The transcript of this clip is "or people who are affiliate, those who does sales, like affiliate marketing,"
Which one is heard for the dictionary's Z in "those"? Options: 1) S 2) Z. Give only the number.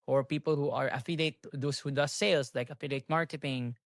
1